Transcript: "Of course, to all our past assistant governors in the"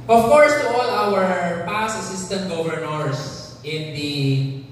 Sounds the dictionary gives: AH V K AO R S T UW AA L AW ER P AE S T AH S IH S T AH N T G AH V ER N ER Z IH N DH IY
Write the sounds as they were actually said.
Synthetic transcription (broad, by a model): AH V K AO R S T UW AA L AW ER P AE S AH S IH S T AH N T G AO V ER N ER S IH N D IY